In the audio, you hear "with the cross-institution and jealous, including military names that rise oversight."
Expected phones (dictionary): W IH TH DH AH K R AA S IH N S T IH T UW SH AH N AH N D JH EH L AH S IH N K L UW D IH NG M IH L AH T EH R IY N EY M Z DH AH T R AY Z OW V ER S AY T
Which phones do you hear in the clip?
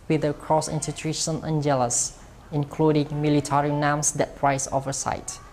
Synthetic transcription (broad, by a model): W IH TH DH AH K R AA S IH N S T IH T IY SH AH N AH N JH EH L AH S IH N K L UW D IH NG M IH L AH T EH R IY N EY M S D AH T R AY S OW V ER S AY T